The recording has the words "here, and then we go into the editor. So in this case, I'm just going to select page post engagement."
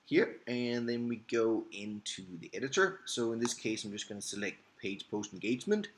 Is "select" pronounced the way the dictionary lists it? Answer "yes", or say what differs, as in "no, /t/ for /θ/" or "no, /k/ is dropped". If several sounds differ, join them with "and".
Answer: yes